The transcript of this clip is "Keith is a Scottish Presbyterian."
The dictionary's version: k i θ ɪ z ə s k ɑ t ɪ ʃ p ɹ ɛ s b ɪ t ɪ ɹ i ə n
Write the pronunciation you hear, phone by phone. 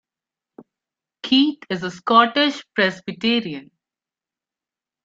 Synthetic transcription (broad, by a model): k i t ɪ z ə s k ɑ t ɪ ʃ p ɹ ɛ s b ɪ t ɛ ɹ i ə n